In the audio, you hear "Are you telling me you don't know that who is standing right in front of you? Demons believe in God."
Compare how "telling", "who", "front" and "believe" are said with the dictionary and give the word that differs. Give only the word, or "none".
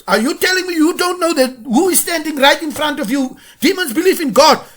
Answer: believe